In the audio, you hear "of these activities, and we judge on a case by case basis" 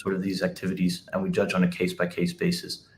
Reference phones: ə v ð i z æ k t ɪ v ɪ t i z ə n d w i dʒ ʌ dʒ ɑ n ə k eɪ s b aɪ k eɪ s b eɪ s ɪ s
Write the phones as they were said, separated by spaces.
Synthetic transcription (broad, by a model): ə v ð i z æ k t ɪ v ɪ t i z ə n w i dʒ ʌ dʒ n ə k eɪ s b aɪ k eɪ s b eɪ s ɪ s